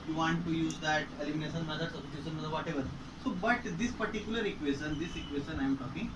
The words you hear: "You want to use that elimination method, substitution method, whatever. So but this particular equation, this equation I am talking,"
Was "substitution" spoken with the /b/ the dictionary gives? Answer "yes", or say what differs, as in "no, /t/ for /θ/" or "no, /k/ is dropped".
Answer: no, /b/ is dropped